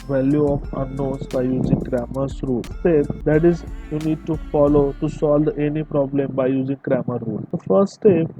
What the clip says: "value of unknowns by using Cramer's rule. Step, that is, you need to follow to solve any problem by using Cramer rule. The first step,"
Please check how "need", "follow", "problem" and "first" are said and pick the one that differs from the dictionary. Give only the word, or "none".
first